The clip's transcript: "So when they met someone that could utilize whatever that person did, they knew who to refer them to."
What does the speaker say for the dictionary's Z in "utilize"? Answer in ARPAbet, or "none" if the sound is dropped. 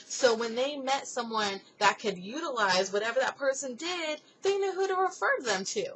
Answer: Z